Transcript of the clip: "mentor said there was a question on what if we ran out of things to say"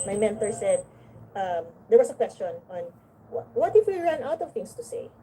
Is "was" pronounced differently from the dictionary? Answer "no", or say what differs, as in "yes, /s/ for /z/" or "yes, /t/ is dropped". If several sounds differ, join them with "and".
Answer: yes, /s/ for /z/